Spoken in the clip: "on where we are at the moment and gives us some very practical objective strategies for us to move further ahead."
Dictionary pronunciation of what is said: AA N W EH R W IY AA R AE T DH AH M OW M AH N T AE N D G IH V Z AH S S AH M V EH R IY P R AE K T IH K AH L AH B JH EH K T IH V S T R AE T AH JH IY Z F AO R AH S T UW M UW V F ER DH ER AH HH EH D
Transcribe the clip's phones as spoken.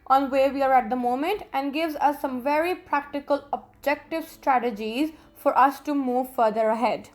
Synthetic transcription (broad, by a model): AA N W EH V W IY AA R AE T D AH M OW M AH N T AE N D G IH V Z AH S S AH M V EH R IY P R AE K T IH K AH L AH B JH EH K T IH V S T R AE T AH JH IY Z F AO R AH S T UW M UW V F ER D ER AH HH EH D